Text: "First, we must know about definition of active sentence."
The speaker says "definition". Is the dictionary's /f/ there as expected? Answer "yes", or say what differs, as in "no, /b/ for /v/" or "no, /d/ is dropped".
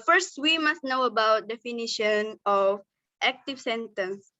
yes